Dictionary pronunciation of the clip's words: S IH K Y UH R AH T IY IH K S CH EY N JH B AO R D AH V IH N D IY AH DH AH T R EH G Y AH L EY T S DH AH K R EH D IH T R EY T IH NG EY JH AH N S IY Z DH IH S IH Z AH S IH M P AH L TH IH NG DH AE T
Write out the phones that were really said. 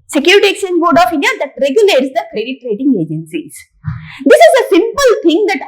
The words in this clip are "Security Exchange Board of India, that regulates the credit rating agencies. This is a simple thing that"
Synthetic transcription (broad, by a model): S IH K Y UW R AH T IY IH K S EY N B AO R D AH F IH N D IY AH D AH T R EH G Y AH L EY T S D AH K R EH D IH T R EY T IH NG EY JH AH N S IY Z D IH S IH Z AH S IH M P AH L T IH NG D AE T